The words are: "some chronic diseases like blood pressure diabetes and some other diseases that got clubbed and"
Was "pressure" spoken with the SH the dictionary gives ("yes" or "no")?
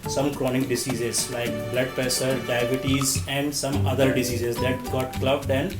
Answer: no